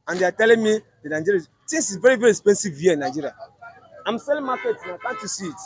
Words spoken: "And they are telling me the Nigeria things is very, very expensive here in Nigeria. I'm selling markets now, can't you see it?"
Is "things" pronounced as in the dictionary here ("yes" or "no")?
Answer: no